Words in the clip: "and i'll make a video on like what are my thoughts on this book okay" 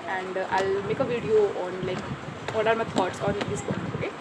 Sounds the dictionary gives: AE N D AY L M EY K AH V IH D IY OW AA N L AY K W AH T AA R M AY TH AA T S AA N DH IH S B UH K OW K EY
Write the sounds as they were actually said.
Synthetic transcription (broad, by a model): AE N D AY L M EY K AH V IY D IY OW AA N L AY K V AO T AA R M AY T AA T S AA N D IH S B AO OW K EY